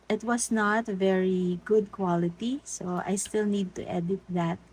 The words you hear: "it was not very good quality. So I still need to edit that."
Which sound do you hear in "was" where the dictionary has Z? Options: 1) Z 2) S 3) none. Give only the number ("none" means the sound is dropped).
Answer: 2